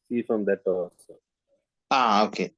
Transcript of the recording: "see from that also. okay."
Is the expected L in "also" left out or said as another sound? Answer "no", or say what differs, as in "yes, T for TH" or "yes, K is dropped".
yes, L is dropped